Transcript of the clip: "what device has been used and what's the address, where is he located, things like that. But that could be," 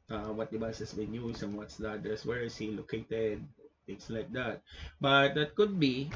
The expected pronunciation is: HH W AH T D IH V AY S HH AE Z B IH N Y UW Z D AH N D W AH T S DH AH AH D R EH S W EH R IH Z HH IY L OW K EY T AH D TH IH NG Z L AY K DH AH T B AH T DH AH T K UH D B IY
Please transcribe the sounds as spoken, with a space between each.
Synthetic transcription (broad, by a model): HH W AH T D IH B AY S HH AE S B IH N Y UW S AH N W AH T S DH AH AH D EH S W EH R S HH IY L OW K EY T AH D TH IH NG S L AY K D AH T B AH T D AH T K UH D B IY